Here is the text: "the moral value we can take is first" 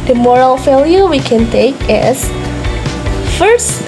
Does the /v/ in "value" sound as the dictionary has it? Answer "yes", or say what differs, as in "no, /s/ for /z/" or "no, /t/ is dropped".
no, /f/ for /v/